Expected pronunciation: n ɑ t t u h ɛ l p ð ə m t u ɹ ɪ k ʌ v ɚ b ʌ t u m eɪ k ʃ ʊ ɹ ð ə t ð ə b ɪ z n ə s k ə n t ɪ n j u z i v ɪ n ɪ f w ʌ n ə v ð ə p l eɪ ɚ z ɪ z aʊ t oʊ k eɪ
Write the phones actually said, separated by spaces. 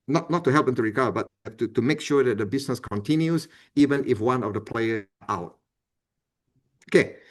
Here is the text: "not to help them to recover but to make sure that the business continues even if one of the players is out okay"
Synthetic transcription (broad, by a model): n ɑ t t u h ɛ l p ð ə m t u ɹ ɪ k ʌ b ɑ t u t u m eɪ k ʃ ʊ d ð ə t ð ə b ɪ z n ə s k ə n t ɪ n j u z i v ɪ n ɪ f w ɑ n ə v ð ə p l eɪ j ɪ aʊ t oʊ k eɪ